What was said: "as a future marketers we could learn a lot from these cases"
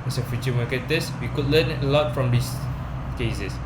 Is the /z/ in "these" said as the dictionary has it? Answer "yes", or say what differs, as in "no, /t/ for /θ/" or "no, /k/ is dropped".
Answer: no, /s/ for /z/